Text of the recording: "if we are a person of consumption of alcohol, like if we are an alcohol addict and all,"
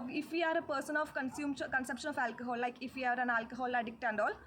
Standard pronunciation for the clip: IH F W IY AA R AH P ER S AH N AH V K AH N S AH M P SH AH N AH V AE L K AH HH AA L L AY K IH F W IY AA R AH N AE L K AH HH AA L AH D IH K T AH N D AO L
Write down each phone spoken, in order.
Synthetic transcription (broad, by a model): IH F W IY AA R AH P ER S AH N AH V K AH N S AH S P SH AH N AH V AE L K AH HH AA L L AY K IH F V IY AA R AH N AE L K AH HH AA L AH D IH K T AH N D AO L